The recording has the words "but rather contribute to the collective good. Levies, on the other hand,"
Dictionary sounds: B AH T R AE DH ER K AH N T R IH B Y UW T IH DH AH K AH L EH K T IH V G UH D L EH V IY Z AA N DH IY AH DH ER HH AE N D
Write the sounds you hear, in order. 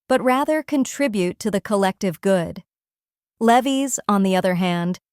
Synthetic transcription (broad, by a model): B AH T R AE DH ER K AH N T R IH B Y UW T IH DH AH K AH L EH K T IH V G UH D L EH V IY Z N DH IY AH DH ER HH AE N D